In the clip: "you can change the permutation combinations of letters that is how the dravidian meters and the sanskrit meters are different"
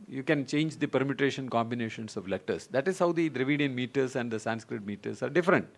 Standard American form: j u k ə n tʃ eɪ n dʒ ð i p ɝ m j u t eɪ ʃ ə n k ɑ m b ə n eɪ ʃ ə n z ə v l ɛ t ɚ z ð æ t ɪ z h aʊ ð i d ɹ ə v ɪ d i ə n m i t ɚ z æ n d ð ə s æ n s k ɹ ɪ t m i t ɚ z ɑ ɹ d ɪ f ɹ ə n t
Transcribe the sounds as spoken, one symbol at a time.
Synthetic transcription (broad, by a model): j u k ə n tʃ eɪ n dʒ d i p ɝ m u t eɪ ʃ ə n k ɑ m b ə n eɪ ʃ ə n s ə v l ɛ t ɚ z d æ t ɪ z h aʊ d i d ɹ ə v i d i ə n m i t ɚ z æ n d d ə s æ n s k ɹ ɪ t m i t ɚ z ɑ ɹ d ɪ f ɹ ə n t